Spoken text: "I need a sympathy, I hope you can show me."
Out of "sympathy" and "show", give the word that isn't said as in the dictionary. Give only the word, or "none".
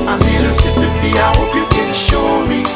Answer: sympathy